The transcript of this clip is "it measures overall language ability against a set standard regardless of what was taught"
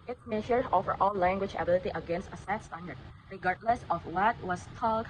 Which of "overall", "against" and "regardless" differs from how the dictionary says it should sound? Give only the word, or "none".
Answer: overall